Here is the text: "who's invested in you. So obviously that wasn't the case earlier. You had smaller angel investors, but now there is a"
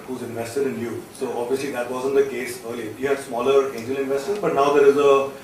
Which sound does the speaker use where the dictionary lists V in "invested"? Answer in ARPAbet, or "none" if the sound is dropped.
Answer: V